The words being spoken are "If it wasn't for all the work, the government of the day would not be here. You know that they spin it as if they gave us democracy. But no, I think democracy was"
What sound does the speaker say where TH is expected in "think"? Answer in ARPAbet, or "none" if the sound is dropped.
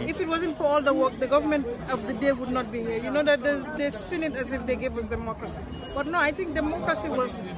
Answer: T